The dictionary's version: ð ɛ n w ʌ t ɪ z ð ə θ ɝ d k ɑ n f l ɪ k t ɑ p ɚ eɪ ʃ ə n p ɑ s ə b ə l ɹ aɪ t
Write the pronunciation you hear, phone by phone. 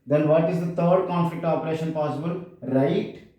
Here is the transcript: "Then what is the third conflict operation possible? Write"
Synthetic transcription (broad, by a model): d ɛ n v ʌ t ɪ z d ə t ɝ d k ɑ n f l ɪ k t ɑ p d eɪ ʃ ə n p ɑ s ə b ə l ɹ aɪ t